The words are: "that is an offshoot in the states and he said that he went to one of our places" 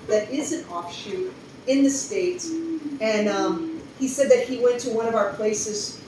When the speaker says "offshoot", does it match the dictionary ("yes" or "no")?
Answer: no